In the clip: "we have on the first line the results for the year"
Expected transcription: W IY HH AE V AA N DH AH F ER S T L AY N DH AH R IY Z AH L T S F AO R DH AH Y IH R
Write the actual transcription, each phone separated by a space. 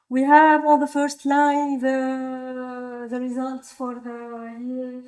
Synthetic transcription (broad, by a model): W IY HH AE V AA L DH AH F ER S T L AY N DH AH R IY Z AH L T S F AO R DH AH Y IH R